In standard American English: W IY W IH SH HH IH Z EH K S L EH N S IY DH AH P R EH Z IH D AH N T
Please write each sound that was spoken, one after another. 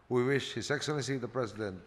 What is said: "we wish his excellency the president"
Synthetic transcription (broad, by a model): W IY W IH SH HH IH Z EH K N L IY S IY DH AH P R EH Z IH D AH N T